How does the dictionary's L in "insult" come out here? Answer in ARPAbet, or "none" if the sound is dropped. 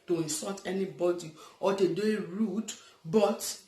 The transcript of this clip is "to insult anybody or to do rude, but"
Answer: none